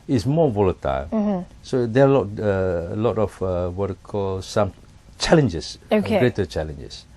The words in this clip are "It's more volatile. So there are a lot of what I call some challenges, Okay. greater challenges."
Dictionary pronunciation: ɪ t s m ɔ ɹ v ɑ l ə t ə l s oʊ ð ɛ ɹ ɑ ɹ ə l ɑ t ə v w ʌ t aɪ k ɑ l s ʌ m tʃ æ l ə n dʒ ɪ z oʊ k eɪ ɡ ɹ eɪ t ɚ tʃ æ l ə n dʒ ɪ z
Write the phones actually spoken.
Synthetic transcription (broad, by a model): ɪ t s m ɔ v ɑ l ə t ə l s oʊ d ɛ l ɑ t ə l ɑ t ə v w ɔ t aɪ k ɑ l s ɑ m tʃ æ l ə n dʒ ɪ s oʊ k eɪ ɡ ɹ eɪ t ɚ tʃ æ l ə n dʒ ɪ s